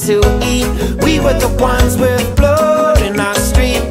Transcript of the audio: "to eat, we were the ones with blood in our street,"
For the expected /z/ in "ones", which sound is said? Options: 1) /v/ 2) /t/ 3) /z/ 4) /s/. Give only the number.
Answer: 3